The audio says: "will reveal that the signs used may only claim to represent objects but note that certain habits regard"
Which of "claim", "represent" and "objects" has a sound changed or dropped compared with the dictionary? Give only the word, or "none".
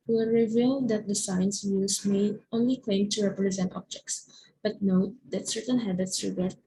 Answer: none